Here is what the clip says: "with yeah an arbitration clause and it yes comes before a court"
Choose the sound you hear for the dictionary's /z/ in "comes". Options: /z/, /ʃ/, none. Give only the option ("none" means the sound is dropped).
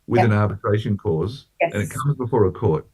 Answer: /z/